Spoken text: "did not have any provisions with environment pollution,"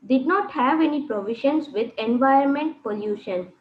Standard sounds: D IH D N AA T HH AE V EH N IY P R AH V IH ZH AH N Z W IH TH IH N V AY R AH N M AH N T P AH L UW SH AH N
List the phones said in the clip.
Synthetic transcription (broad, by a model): D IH D N AA T HH AE V EH N IY P R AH V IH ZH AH N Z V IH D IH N V AY AH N M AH N T P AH L UW SH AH N